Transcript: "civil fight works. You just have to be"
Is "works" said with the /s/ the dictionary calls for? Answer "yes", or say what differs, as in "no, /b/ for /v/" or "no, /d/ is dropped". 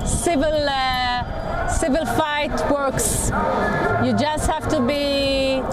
yes